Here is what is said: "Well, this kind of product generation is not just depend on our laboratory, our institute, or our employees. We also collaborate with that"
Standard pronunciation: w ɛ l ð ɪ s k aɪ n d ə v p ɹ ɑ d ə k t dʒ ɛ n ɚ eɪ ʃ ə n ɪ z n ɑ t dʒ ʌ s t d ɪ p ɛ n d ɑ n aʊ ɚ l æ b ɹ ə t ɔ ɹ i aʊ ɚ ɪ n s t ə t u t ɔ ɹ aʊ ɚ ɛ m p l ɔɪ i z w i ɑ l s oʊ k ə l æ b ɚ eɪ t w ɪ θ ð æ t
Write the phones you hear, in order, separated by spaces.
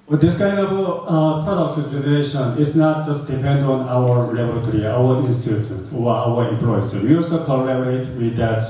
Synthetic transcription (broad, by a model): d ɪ s k aɪ n d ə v p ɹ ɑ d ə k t dʒ ɛ n ɚ eɪ ʃ ə n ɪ s n ɑ t dʒ ʌ s t d ɪ p ɛ n d ɑ n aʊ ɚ l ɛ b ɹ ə t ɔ ɹ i aʊ ɚ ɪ n s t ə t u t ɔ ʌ aʊ ɚ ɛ m p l ɔɪ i s w i ɑ l s oʊ k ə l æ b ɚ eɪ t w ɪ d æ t